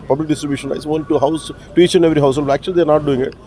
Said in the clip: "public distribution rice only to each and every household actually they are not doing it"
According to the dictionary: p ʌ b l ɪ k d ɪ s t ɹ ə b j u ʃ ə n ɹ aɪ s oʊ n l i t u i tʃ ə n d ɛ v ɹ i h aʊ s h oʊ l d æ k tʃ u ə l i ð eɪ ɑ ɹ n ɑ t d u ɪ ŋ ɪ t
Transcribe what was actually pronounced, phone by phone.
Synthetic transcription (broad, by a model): p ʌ b l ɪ k d ɪ s t ɹ ə b j u ʃ ə n l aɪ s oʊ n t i t u i tʃ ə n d ɛ v ɹ i h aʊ s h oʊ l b æ k tʃ u ə l i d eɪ ɑ ɹ n ɑ t d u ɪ ŋ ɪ t